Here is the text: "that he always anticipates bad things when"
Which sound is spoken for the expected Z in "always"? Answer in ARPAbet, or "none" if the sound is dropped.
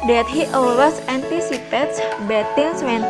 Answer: S